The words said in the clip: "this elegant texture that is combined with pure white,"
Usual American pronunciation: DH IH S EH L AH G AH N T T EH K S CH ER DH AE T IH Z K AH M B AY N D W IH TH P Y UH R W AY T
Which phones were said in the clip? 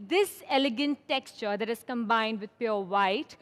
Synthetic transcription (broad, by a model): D IH S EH L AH G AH N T T EH K S CH ER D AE T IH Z K AH M B AY N D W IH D P Y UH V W AY T